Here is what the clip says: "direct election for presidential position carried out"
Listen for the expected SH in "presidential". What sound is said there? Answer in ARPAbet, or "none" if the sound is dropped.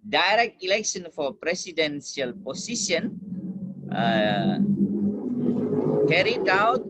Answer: S